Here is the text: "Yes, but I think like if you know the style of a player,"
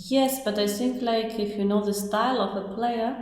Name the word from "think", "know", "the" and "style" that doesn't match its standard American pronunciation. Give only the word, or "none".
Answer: think